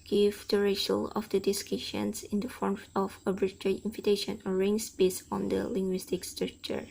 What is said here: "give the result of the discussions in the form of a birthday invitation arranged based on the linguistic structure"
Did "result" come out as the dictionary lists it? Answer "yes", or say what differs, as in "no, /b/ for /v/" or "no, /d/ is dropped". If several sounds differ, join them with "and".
no, /t/ is dropped